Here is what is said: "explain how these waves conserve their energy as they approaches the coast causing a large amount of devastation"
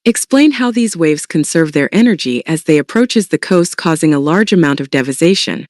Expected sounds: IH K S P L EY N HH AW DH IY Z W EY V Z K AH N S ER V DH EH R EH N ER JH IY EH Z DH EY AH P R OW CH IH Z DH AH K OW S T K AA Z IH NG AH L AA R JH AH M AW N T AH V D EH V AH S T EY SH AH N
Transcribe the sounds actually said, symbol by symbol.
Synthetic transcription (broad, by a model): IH K S P L EY N HH AW DH IY Z W EY V Z K AH N S ER V DH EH R EH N ER JH IY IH Z DH EY AH P R OW CH IH Z DH AH K OW S T K AA Z IH NG AH L AA R JH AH M AW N T AH V D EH V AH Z EY SH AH N